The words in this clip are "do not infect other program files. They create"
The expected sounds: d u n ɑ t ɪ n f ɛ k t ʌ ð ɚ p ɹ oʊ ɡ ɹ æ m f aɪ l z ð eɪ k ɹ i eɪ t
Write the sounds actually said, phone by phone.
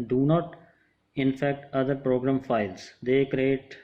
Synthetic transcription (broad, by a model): d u n ɑ t ɪ n f ɛ k t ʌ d ɚ p ɹ oʊ ɡ ɹ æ m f aɪ l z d eɪ k ɹ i eɪ t